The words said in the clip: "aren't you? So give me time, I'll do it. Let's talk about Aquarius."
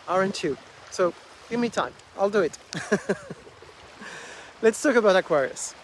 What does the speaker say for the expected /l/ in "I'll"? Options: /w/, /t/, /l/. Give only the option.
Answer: /l/